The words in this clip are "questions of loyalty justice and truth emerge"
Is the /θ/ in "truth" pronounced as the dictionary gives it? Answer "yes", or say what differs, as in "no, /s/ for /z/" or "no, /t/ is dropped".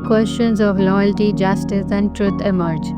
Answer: no, /t/ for /θ/